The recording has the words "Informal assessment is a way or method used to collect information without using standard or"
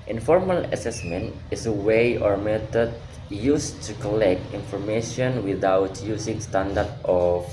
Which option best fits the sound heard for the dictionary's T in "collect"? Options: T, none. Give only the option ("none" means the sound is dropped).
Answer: T